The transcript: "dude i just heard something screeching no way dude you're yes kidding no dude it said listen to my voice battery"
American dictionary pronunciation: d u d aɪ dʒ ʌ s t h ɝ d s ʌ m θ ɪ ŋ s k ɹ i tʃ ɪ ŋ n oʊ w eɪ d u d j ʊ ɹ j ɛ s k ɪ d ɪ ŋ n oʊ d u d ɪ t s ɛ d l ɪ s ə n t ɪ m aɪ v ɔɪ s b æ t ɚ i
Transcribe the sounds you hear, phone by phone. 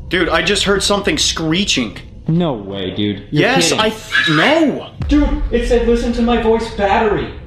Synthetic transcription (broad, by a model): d u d aɪ dʒ ʌ s t h ɝ d s ʌ m θ ɪ ŋ s k ɹ i tʃ ɪ ŋ n oʊ w eɪ d u d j j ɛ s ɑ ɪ n oʊ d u ɪ t s ɛ d l ɪ s ə n t ɪ m aɪ v ɔɪ s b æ t ɚ i